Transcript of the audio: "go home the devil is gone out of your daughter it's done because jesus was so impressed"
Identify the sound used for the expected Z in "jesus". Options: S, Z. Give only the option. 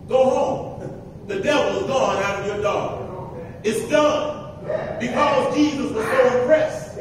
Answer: Z